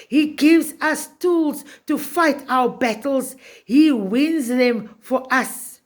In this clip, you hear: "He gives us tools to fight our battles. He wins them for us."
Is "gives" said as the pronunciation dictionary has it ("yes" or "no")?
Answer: yes